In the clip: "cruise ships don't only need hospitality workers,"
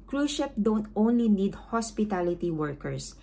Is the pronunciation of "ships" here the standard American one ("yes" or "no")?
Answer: no